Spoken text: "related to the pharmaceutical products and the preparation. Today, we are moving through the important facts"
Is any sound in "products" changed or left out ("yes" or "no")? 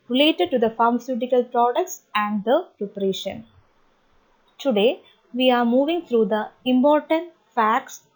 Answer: no